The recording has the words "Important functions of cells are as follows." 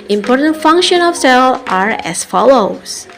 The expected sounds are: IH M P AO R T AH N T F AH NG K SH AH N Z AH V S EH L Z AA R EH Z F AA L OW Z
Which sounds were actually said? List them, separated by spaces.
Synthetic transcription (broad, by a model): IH M P AO R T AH N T F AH NG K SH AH N AH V S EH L AA R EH S F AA L OW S